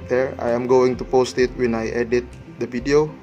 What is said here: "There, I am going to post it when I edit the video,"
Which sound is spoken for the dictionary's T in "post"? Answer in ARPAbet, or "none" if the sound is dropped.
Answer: T